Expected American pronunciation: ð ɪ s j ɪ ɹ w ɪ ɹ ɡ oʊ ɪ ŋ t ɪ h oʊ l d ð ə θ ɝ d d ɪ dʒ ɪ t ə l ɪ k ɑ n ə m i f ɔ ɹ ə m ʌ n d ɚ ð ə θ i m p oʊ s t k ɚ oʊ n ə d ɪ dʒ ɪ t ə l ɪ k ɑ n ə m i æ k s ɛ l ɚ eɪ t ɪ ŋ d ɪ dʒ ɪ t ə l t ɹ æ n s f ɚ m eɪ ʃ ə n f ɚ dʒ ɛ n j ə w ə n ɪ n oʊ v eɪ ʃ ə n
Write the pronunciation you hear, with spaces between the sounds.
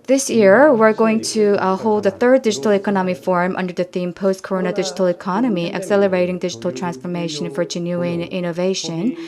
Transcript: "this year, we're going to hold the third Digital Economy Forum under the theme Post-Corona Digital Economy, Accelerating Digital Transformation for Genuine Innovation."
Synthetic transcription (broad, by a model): ð ɪ s j ɪ ɹ w ɪ ɹ ɡ oʊ ɪ ŋ t ɪ h oʊ l d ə θ ɝ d d ɪ dʒ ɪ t l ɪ k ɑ n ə m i f ɔ ɹ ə m ʌ n d ɚ ð ə θ i m p oʊ s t k ɚ oʊ n ə d ɪ dʒ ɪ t l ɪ k ɑ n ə m i æ k s ɛ l ɚ eɪ t ɪ ŋ d ɪ dʒ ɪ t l t ɹ æ n s f ɚ m eɪ ʃ ə n f ɚ dʒ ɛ n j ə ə n ɪ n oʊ v eɪ ʃ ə n